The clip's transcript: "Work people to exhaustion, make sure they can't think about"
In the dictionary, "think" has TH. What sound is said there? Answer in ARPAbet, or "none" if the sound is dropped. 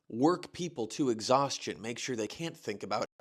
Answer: TH